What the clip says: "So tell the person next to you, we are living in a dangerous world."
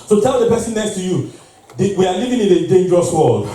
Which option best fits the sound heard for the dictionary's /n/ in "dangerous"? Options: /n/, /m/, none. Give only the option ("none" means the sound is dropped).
/n/